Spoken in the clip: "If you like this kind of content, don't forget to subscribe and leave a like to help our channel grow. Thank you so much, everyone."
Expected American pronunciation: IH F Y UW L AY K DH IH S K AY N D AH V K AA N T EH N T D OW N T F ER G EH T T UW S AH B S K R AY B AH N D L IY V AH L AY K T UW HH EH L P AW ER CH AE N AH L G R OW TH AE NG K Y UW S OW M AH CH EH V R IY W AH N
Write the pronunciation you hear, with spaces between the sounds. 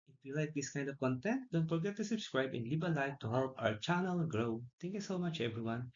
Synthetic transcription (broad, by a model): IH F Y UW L AY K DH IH S K AY N D AH V K AA N T EH N T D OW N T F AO G EH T T UW S AH B S K R AY B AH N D L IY B AH L AY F T UW HH EH L P AW ER CH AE N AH L G R OW T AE NG K Y UW S OW M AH CH EH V R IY W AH N